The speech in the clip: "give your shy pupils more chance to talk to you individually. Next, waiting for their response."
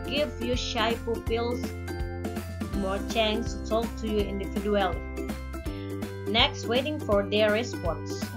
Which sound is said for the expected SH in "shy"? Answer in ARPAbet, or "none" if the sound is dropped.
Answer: SH